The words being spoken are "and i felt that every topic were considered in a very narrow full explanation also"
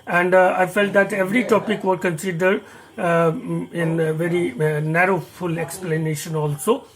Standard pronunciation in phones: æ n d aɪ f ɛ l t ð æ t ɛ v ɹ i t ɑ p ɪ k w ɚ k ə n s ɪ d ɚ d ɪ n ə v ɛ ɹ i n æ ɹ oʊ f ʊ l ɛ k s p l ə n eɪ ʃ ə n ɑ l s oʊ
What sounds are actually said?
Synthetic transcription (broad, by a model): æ n d aɪ f ɛ l t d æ t ɛ v ɹ i t ɑ p ɪ k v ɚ k ə n s ɪ d ɚ d ɪ n v ɛ ɹ i n æ ɹ oʊ f ʊ l ɛ k s p l ə n eɪ ʃ ə n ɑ l s oʊ